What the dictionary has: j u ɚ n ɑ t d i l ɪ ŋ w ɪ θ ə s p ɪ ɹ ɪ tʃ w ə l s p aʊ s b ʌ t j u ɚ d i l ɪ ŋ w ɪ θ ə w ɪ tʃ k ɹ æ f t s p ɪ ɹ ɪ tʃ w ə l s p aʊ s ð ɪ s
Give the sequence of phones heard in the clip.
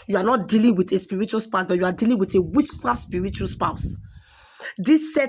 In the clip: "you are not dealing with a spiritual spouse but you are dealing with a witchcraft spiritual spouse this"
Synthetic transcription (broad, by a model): j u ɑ n ɑ t d i l ɪ ŋ w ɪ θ ə s p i ɹ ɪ tʃ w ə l s p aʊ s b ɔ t j u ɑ d i l ɪ ŋ w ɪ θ ə w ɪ s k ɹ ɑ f s p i ɹ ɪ tʃ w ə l s p aʊ s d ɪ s